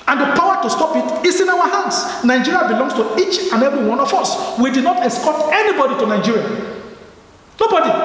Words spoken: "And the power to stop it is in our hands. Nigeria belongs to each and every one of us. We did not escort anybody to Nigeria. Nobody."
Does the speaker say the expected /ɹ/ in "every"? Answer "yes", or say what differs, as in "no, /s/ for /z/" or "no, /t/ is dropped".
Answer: no, /ɹ/ is dropped